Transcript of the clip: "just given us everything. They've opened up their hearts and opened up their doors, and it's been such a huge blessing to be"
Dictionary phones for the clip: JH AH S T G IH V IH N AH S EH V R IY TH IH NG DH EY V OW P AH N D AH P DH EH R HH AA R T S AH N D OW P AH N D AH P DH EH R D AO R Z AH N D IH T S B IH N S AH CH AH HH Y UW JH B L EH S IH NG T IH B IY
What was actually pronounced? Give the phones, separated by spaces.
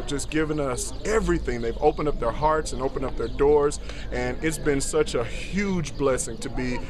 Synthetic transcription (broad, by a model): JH AH S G IH V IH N AH S EH V R IY TH IH NG DH EY V OW P AH N D AH P DH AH R HH AA R T S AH N OW P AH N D AH P DH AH R D AO R Z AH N IH T S B IH N S AH CH AH HH Y UW JH B L EH S IH NG T IH B IY